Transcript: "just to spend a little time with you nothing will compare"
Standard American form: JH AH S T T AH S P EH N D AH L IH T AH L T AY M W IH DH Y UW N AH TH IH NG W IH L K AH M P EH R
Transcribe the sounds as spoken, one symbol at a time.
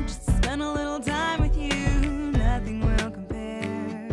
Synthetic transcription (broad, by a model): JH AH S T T S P EH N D AH L IH T L T AY M W IH DH Y UW N AH TH IH NG W IH L K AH M P EH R